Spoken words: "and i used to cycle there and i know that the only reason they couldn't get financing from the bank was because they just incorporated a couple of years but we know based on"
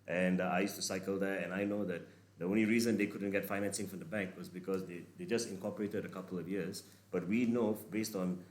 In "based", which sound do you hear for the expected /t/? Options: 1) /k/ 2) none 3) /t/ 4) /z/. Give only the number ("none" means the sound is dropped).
3